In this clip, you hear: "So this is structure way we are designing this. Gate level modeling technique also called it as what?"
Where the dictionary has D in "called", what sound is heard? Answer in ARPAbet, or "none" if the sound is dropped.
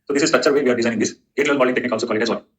none